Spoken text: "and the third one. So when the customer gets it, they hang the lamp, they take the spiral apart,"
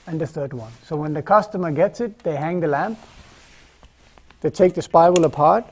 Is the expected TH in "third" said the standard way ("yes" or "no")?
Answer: yes